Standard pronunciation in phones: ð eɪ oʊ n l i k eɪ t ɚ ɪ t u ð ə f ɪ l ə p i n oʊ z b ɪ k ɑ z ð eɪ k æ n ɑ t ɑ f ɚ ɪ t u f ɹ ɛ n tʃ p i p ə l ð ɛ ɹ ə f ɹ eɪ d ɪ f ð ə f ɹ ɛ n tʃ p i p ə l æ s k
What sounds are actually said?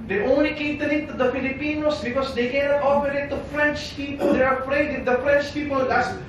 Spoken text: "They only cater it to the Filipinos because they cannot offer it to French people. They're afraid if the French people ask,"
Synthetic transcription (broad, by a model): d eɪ oʊ n l i k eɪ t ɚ ɪ t u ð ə f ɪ l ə p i n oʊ s b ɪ k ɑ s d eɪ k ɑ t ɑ p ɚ ɪ t u f ɹ ɛ n tʃ p i p ə l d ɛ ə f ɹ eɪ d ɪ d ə f ɹ ɛ n tʃ p i p ə l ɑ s